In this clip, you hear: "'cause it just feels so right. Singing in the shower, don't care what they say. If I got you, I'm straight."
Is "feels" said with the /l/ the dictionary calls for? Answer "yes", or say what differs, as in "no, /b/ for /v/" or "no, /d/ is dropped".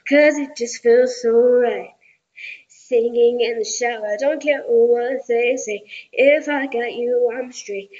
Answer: yes